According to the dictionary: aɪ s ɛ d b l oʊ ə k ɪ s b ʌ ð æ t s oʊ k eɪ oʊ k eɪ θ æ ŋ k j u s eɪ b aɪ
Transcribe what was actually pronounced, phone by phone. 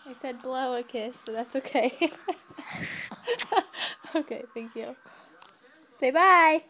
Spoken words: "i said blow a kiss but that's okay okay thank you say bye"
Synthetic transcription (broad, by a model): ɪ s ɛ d b l oʊ ə k ɪ s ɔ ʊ ð æ t s oʊ k eɪ oʊ k eɪ θ æ ŋ k j u s eɪ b aɪ